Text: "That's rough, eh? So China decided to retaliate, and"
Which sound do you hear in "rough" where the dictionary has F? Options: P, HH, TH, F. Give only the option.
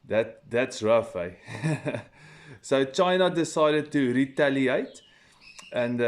F